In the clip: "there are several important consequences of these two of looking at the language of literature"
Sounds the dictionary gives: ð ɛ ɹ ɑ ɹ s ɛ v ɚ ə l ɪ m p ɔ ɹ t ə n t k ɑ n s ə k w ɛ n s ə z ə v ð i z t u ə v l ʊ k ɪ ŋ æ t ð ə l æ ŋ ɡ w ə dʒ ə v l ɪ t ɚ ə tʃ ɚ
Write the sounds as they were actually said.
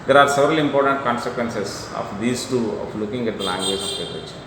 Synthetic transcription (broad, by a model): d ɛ ɹ ɑ ɹ s ɛ v ɚ ə l ɪ m p ɔ ɹ t ə n t k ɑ n s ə k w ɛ n s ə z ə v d i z t u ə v l ʊ k ɪ ŋ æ t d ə l æ ŋ ɡ w ə dʒ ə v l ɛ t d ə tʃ